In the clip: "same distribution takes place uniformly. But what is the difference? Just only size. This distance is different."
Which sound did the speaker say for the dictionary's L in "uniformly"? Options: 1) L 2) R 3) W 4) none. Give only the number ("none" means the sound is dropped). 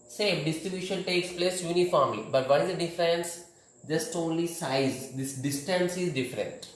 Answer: 4